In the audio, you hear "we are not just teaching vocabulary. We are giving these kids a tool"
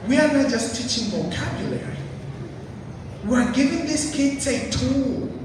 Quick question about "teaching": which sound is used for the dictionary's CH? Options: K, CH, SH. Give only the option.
CH